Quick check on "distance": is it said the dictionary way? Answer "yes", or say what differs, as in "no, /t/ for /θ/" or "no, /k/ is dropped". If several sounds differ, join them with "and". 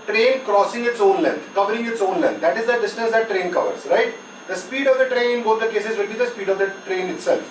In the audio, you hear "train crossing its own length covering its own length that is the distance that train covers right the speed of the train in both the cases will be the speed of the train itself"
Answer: no, /n/ is dropped